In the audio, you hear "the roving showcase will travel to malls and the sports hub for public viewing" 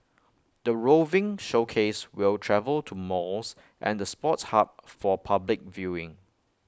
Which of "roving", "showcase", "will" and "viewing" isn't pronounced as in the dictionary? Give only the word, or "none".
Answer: none